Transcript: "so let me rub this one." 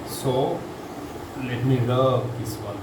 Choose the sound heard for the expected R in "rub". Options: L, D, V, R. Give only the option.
L